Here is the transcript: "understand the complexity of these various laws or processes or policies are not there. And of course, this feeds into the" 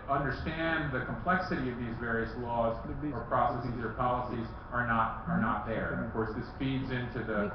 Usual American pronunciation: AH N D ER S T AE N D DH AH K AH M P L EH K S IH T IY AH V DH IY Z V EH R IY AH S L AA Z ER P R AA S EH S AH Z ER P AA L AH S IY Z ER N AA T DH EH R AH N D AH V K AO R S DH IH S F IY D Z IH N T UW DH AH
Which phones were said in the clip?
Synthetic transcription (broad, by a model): AH N D ER S T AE N DH AH K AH M P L EH K S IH T IY AH V DH IY Z V EH R IY AH S L AA Z ER P R AA S EH S AH Z ER P AA L AH S IY Z ER N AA T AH R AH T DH AH V K AO R S DH IH S F IY D Z IH N T UW DH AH